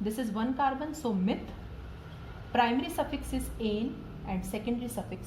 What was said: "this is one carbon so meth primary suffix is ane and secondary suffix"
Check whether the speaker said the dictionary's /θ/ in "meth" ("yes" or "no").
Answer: no